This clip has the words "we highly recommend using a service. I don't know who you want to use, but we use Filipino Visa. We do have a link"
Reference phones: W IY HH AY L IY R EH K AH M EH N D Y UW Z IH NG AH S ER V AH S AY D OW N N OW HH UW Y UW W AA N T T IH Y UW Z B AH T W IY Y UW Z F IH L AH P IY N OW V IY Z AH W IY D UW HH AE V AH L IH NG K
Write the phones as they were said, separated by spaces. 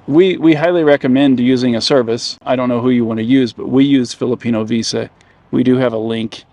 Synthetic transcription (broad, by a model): W IY HH AY L IY R EH K AH M EH N D Y UW Z IH NG AH S ER V AH S AY D OW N N OW HH UW Y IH W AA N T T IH Y UW Z B AH T W IY Y UW Z F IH L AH P IY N OW V IY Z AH W IY D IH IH V AH L IH NG K